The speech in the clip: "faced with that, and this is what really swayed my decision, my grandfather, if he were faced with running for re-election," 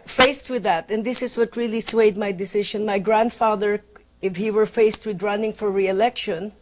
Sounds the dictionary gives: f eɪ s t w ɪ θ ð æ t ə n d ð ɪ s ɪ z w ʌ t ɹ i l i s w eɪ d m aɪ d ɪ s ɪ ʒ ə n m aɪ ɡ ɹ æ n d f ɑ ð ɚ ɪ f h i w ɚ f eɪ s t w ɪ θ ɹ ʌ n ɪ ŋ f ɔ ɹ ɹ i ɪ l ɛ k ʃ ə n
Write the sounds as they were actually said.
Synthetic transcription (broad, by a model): f eɪ s t w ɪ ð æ t ə n d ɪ s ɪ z w ʌ t ɹ i l i s w eɪ d m aɪ d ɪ s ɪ ʃ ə n m aɪ ɡ ɹ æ n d f ɑ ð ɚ ɪ f h i w ɚ f eɪ s t w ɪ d ɹ ʌ n ɪ ŋ f ɔ ɹ ɹ i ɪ l ɛ k ʃ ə n